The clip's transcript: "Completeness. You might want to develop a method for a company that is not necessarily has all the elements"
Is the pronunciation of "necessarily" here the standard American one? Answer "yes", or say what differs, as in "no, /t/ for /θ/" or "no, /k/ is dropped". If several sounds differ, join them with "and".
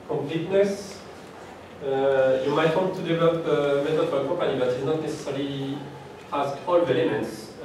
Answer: no, /l/ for /ɹ/ and /l/ is dropped